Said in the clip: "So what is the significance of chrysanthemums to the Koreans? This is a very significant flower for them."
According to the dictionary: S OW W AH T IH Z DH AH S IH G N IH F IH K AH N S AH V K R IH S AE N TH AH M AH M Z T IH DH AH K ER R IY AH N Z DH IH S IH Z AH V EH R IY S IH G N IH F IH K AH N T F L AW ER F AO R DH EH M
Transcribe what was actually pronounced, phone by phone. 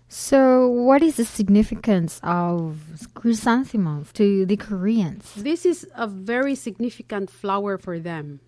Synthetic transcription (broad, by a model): S OW W AH T IH Z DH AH S IH G N IH F IH K AH N S AH V K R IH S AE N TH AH M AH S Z T IH DH AH K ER R IY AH N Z DH IH S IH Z AH V EH R IY S IH G N IH F IH K AH N T F L AW ER F AO R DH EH M